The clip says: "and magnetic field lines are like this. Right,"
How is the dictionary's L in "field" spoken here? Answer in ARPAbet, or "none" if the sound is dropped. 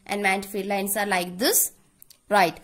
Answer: none